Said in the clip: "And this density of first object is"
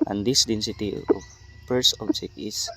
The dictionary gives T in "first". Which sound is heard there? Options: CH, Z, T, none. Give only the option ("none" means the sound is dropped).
none